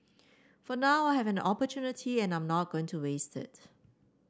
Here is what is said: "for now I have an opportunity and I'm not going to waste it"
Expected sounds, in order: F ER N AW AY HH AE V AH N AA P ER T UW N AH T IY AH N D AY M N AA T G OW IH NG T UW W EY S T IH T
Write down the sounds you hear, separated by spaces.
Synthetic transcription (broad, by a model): F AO N AW AY HH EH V AH N AA P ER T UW N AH T IY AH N AY M N AA T G OW IH NG T UW W EY S T IH T